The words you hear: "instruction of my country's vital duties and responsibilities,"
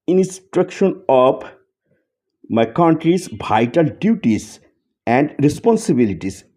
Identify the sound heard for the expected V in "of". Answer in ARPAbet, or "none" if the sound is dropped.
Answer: P